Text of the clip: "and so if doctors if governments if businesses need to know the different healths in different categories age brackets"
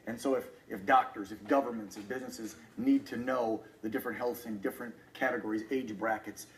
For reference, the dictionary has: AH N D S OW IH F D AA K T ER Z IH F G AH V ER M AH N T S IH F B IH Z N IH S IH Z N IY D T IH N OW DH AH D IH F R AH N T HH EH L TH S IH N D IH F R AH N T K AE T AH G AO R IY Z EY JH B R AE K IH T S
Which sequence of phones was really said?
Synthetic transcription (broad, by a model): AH N S OW IH F D AA K T ER Z IH F G AH V ER M AH N T S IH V B IH Z N IH S IH Z N IY D T IH N OW DH AH D IH F R AH N T HH EH L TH IH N D IH F R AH N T K AE T AH G AO R IY Z EY JH B R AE K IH T S